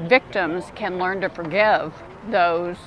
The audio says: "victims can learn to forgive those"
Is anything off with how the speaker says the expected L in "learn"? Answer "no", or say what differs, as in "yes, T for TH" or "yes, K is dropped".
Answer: no